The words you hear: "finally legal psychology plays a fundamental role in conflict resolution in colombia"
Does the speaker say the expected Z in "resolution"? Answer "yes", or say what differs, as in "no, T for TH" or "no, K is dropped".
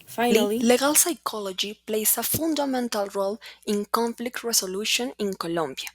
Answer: no, S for Z